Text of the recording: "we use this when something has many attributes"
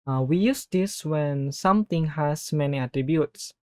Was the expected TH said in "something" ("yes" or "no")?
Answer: no